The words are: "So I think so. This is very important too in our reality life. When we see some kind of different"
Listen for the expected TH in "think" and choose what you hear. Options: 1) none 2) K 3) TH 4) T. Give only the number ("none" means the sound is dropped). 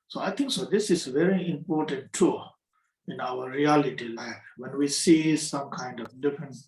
4